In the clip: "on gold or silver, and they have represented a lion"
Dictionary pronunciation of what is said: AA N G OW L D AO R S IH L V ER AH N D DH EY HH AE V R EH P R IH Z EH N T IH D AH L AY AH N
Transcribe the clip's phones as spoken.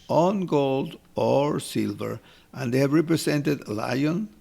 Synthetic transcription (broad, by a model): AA N G OW L D AO R S IH L V ER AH N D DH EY HH AE V R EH P R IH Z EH N T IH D L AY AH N